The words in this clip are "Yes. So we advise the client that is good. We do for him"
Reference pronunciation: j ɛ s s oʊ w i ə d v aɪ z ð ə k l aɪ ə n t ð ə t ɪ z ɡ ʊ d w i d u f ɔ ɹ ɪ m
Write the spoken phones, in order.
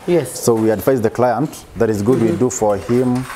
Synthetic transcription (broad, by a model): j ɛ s s oʊ w i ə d f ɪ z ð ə k l aɪ ə n t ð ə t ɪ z ɡ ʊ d w i d u f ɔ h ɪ m